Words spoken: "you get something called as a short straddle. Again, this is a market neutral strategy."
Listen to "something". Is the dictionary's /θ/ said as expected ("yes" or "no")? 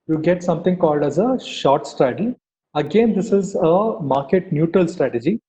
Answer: no